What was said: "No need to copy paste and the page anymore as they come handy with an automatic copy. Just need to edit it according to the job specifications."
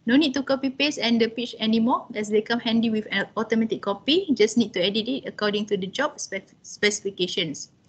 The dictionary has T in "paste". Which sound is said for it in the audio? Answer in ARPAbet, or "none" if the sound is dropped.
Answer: none